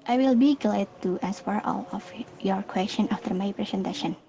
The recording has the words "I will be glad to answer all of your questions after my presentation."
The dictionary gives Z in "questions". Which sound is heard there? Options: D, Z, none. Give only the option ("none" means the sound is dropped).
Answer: none